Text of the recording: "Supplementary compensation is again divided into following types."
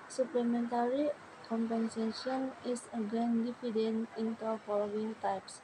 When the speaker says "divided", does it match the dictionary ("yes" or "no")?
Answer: no